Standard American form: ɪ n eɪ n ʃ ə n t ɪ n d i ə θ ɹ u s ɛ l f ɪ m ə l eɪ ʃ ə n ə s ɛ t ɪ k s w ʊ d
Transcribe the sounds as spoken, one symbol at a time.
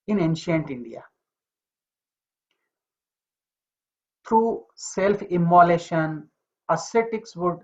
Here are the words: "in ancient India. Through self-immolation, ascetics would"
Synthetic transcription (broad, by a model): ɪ n eɪ n ʃ ə n t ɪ n d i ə t ɹ u s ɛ l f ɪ m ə l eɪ ʃ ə n ə s ɛ t ɪ k s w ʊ d